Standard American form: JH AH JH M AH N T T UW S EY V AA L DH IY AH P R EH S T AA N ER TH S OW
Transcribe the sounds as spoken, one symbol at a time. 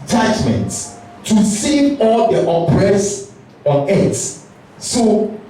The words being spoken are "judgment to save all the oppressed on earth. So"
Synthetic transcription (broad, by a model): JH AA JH M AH N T T UW S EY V AA L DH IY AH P R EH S AA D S S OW